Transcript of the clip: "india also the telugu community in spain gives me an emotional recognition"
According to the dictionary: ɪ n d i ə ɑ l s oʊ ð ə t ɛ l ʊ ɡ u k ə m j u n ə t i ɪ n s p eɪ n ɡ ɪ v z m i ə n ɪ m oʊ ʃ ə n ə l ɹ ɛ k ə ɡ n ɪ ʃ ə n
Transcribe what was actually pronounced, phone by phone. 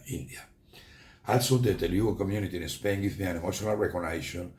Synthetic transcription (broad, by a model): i n d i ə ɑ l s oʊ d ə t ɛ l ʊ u k ə m j u n ə t i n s p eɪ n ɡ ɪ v m i ə n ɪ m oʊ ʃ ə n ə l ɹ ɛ k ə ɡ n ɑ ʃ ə n